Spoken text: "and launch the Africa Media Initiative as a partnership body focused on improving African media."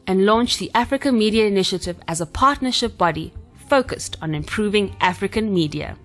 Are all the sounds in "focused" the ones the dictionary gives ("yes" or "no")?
yes